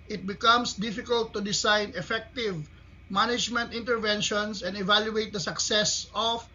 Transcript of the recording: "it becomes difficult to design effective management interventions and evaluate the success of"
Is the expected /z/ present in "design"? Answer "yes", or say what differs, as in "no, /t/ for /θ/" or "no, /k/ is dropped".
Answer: no, /s/ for /z/